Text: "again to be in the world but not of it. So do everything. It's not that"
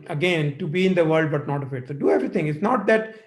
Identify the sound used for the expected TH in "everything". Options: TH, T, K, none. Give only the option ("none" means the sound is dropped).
T